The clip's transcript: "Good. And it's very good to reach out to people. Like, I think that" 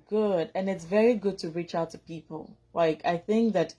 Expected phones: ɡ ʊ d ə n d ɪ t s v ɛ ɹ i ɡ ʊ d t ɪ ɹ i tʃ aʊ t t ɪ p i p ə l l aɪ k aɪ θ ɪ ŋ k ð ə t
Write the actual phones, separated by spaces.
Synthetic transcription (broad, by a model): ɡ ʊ d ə n ɪ t s v ɛ ɹ i ɡ ʊ d t ɪ ɹ i tʃ aʊ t t ɪ p i p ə l l aɪ k aɪ θ ɪ ŋ k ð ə t